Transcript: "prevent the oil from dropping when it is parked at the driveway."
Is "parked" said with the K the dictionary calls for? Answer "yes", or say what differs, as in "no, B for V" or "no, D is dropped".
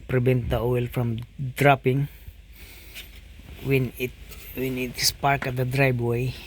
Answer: yes